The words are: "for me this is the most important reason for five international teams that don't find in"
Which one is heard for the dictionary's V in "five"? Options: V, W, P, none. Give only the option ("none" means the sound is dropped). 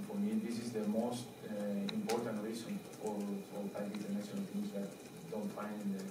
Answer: P